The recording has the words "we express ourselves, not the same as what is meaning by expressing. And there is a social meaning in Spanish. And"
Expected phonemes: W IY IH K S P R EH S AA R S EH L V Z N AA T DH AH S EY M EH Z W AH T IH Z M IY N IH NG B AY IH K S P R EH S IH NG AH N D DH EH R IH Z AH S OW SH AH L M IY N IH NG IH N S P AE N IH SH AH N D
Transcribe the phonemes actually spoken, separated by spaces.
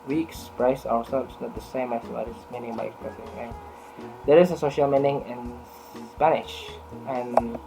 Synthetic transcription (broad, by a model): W IY K S P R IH S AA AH S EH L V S N AA T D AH S EY M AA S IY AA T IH S M IY N IH NG B AY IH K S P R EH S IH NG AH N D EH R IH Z AH S OW SH AH L M IY N IH NG IH N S P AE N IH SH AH N